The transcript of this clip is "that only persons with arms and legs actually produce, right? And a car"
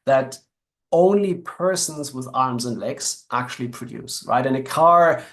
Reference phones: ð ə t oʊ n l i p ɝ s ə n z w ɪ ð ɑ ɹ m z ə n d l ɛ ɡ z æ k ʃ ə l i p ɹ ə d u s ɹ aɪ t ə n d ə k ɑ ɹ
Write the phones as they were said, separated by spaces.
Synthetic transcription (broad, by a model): ð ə t oʊ n l i p ɝ s ə n z w ɪ ð ɑ ɹ m z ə n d l ɛ ɡ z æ k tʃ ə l i p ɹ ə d u s ɹ aɪ t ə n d ə k ɑ ɹ